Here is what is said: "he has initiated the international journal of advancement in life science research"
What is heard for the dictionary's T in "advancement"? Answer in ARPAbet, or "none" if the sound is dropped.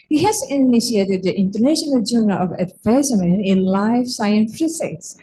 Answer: none